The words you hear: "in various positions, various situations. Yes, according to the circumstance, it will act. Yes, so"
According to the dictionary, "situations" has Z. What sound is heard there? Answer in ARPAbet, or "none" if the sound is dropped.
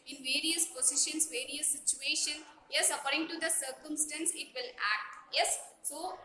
none